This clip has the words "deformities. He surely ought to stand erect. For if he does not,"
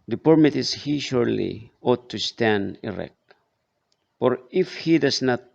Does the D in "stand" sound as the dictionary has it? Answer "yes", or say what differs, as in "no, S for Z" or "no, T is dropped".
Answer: yes